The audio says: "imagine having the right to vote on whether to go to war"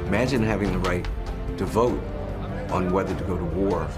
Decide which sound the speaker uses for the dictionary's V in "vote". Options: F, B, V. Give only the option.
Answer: V